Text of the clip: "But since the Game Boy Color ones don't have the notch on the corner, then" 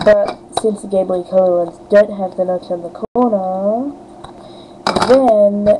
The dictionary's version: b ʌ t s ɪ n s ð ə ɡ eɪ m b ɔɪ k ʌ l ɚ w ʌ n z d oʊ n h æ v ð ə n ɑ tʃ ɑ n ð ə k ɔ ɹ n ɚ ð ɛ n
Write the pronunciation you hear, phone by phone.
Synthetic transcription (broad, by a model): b ʌ t s ɪ n s ð ə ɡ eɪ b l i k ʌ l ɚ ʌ n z d oʊ n h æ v ð ə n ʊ s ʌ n ð ə k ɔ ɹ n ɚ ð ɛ n